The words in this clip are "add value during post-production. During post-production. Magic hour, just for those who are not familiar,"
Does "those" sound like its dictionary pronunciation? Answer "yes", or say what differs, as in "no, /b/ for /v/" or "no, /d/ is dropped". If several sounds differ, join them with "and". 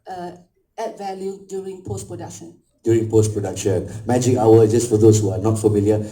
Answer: no, /s/ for /z/